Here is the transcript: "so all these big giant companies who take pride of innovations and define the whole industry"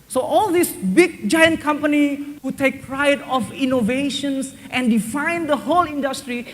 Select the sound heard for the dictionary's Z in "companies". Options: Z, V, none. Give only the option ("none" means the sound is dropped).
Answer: none